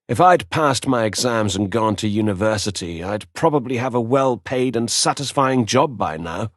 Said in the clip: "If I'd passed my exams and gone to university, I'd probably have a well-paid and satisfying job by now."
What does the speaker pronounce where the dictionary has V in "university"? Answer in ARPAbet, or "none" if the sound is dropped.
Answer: V